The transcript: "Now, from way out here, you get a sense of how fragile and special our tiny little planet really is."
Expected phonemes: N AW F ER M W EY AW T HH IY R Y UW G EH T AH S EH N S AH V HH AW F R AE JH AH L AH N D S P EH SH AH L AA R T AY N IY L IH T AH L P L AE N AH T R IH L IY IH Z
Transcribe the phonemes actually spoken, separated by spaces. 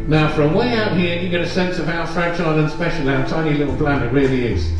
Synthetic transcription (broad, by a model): N AW F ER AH W EY AW T HH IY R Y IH G EH T AH S EH N S AH V AW F R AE CH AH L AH N S P EH SH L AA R T AY N IY L IH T L B L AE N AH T R IH L IY IH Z